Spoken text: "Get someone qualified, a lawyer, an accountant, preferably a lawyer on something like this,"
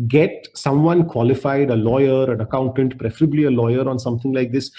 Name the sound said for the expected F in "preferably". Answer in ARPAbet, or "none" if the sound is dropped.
F